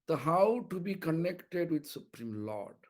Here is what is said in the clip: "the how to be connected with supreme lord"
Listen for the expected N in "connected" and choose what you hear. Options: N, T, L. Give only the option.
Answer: N